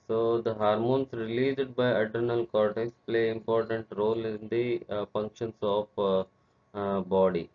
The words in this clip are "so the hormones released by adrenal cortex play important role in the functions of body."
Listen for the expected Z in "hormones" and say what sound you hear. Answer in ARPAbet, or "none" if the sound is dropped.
S